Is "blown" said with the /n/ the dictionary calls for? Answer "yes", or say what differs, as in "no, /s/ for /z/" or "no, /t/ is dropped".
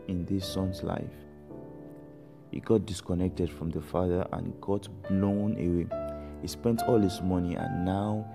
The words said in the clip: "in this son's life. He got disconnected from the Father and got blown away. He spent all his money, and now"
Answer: yes